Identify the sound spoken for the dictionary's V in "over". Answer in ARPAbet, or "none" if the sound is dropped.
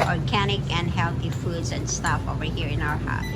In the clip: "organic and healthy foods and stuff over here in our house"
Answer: V